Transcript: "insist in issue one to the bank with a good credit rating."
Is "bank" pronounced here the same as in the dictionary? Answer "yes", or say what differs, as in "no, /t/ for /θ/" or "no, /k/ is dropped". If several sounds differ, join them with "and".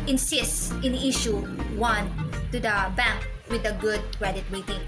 yes